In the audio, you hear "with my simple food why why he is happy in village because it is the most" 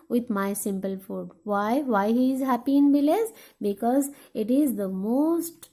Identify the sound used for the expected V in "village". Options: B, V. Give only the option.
B